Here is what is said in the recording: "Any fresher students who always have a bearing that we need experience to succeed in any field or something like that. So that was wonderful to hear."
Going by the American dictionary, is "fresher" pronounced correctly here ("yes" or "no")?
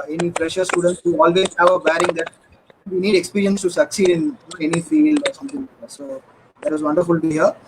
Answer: no